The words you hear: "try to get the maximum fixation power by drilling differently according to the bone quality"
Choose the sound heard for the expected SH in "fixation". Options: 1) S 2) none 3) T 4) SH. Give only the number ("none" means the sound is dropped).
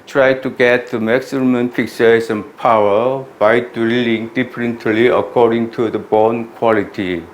1